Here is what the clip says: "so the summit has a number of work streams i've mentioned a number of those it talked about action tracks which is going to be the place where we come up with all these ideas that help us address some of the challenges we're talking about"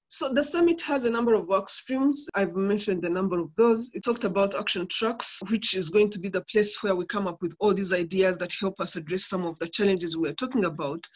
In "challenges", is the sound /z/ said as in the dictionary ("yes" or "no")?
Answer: yes